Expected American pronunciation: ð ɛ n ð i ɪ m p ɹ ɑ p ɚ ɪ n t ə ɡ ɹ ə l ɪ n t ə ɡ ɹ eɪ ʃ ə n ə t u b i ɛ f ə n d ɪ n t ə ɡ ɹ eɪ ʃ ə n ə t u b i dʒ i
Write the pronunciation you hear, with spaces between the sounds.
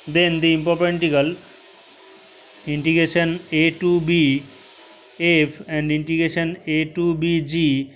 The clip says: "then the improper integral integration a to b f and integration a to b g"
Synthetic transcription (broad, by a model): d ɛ n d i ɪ m p ɑ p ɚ n t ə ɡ ə l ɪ n t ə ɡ ɹ eɪ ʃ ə n ə t u b i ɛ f ə n d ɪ n t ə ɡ ɹ eɪ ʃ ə n ə t u b i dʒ i